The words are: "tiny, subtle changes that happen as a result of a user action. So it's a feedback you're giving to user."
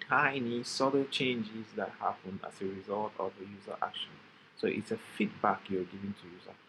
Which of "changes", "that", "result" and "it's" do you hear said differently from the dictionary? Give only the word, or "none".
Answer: none